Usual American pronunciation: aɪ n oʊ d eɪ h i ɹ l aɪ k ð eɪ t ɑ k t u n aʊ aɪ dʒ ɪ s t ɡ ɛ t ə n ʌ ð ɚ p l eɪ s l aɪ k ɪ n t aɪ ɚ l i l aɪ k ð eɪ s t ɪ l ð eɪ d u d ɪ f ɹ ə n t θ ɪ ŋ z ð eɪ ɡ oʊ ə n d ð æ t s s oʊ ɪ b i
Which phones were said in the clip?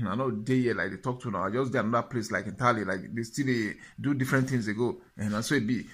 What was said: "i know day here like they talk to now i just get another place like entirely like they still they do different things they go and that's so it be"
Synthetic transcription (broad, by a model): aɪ n oʊ d eɪ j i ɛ l aɪ k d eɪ t ɑ k t u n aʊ aɪ dʒ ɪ s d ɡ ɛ ə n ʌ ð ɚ p l eɪ s l aɪ k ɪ n t aɪ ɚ l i l aɪ k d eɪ s t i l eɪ d u d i f ɹ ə n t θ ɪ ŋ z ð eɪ ɡ oʊ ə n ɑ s s oʊ ɪ b i